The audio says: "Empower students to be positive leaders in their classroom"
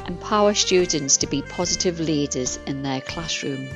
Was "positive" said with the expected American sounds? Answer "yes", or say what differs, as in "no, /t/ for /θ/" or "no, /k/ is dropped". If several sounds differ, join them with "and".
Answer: yes